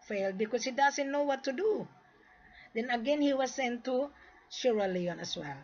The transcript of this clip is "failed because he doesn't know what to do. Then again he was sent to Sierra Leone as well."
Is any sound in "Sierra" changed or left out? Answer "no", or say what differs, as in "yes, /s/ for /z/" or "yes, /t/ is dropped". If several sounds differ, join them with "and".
yes, /ʃ/ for /s/